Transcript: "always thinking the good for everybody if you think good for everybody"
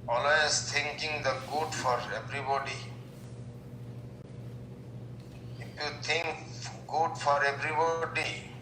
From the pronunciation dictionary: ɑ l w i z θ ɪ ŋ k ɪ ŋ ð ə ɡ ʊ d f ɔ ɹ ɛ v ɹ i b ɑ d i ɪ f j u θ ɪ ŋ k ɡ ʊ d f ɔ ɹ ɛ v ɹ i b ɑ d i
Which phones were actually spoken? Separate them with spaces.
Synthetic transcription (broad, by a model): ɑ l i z t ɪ ŋ k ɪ ŋ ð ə ɡ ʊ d f ɔ ɹ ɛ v ɹ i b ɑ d i ɪ f j u t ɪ ŋ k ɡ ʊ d f ɔ ɹ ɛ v ɹ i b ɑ d i